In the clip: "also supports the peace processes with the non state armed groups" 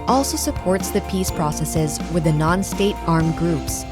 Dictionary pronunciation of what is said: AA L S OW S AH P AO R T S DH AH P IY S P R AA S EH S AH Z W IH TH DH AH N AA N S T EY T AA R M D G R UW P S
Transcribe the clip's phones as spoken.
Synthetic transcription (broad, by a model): AA L S OW S AH P AO R T S DH AH P IY S P R AA S EH S AH Z W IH DH AH N AA N S T EY T AA R M G R UW P S